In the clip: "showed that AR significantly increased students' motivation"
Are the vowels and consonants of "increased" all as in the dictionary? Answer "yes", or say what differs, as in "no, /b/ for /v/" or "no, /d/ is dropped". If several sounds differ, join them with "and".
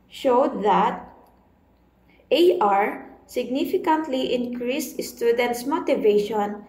yes